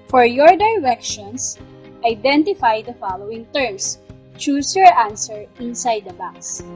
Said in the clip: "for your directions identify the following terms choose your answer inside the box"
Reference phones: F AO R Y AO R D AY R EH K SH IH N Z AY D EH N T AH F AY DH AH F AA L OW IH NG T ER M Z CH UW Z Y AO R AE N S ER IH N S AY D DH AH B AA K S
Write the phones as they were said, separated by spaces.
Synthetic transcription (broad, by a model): F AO R Y AO R D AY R EH K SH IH N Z AY D EH N T AH F AY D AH F AA L OW IH NG T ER M S CH UW S Y AO R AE N S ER IH N S AY D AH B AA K S